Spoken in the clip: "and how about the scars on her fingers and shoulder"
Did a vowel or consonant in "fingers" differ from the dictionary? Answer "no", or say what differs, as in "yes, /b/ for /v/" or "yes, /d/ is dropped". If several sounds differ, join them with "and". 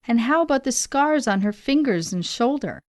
no